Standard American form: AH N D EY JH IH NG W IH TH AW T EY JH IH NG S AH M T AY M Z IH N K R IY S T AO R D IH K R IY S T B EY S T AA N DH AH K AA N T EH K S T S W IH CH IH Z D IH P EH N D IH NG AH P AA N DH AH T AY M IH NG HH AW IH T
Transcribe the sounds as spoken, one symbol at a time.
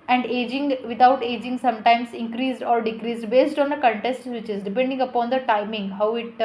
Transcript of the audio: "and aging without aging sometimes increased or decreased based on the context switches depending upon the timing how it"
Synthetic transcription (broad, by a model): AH N D EY JH IH NG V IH T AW T EY JH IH NG S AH M T AY M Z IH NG K R IY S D AO R D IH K R IY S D B EY S T AA N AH K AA N T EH S T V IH CH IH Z D IH P EH N D IH NG AH P AA N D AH T AY M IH NG HH AW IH T